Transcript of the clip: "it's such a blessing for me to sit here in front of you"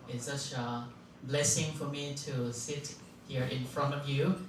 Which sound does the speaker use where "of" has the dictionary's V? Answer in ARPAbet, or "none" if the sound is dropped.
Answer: V